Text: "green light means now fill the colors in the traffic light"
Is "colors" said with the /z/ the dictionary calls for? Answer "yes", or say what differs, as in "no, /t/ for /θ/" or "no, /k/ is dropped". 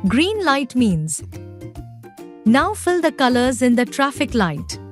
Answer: yes